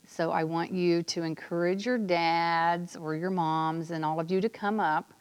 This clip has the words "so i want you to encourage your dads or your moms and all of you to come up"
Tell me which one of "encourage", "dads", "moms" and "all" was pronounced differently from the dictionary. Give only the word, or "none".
none